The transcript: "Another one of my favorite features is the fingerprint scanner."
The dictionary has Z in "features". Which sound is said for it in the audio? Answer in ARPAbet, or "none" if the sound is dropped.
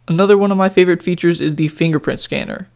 Z